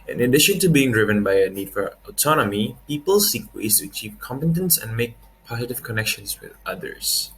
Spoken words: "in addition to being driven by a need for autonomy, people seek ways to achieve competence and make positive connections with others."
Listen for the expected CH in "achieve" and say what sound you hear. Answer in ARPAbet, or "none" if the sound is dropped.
CH